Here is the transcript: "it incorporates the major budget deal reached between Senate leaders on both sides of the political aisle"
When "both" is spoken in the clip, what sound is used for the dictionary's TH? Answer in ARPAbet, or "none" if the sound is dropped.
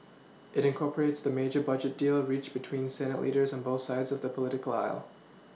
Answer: TH